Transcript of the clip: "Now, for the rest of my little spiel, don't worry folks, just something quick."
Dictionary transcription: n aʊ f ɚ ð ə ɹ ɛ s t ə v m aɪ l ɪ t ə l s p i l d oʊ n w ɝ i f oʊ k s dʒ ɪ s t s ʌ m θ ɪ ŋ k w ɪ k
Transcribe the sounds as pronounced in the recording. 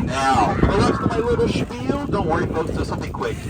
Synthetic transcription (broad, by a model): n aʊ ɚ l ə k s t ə m aɪ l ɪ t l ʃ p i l d oʊ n w ɝ i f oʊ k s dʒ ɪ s s ʌ m θ ɪ ŋ k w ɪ k